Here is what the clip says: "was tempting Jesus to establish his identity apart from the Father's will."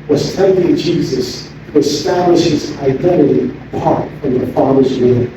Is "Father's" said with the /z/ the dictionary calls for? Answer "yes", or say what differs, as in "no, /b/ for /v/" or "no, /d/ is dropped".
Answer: yes